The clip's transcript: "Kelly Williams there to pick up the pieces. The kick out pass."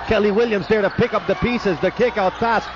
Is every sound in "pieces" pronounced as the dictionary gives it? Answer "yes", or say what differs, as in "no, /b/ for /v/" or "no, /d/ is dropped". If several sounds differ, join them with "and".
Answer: yes